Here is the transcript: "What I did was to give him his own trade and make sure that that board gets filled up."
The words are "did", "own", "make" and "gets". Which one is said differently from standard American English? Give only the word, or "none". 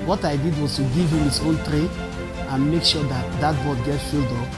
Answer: gets